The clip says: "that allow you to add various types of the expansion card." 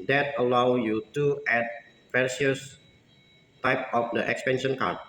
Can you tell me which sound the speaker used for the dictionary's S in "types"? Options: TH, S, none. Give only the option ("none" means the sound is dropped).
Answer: none